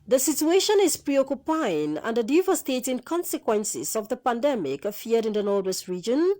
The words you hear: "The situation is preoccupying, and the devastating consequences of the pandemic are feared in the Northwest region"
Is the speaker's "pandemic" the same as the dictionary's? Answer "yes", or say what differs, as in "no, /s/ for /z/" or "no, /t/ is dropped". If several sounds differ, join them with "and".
yes